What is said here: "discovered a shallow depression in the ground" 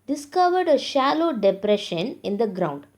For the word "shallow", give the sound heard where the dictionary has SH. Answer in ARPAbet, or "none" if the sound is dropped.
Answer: SH